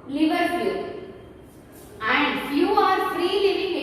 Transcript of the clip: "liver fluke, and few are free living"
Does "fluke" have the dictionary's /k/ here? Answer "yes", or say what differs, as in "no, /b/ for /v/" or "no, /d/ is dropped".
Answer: no, /k/ is dropped